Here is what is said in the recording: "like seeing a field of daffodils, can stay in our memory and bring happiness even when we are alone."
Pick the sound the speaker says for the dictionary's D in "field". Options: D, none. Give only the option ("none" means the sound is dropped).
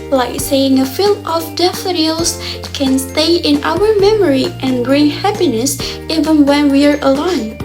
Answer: none